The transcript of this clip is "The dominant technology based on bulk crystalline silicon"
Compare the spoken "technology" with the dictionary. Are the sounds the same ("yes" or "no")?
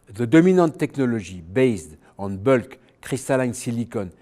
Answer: no